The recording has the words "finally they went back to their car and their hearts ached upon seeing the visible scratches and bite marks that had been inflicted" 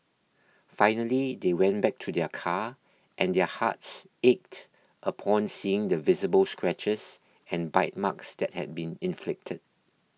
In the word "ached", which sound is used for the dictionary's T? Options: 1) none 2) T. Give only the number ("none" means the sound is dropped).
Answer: 2